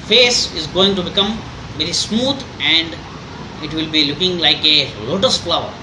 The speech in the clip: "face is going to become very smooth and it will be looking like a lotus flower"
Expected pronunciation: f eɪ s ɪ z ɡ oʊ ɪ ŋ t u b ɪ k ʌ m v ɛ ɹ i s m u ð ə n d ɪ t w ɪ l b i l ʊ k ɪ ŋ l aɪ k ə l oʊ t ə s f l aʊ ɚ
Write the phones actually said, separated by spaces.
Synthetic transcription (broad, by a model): f eɪ s ɪ z ɡ oʊ ɪ ŋ t u b ɪ k ʌ m v ɛ ɹ i s m u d ə n d ɪ t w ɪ l b i l ʊ k ɪ ŋ l aɪ k ə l oʊ t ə s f l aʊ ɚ